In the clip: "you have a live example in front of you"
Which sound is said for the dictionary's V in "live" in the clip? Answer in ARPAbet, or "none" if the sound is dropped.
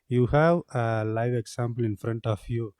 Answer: V